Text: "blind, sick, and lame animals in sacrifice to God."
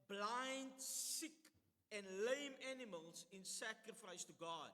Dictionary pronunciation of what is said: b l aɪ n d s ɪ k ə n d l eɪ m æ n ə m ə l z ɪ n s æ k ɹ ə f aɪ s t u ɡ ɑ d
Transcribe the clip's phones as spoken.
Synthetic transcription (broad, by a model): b l aɪ n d s ɪ k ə n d l eɪ m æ n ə m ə l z ɪ n s æ k ɹ ə f aɪ s t u ɡ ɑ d